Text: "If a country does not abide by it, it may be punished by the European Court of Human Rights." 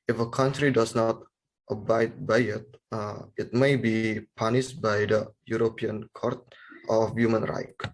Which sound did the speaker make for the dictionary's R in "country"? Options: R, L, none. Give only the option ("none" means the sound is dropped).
R